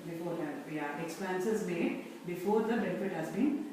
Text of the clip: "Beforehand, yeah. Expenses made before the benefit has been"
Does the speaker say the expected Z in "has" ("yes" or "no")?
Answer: yes